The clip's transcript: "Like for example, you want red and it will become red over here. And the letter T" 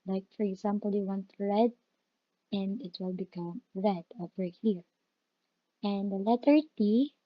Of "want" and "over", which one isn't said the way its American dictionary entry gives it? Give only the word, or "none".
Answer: none